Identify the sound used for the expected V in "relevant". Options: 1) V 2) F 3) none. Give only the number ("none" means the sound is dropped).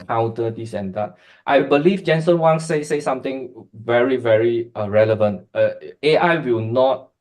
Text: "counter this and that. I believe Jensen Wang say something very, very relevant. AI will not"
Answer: 1